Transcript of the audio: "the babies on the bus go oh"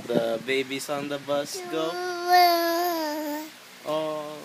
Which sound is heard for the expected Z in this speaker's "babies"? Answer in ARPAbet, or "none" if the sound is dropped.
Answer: S